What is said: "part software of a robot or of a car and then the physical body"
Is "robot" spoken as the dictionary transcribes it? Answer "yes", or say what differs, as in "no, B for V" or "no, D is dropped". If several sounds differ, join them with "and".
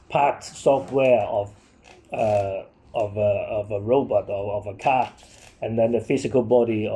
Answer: yes